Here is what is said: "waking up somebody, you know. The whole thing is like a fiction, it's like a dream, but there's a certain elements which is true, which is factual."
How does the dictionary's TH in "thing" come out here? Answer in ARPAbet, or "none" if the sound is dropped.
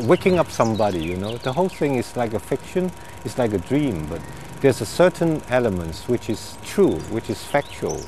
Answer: TH